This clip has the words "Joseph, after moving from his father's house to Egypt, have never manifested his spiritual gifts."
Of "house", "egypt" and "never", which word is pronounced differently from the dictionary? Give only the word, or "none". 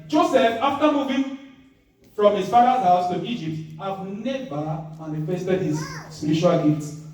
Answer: never